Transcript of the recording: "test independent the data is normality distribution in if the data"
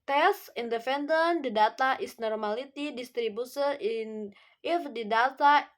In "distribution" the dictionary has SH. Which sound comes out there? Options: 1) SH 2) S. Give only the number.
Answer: 2